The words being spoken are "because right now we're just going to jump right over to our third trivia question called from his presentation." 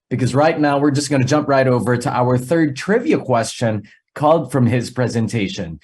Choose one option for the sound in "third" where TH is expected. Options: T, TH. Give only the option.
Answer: TH